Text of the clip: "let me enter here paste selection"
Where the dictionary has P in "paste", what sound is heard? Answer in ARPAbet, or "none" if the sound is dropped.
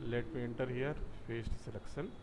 F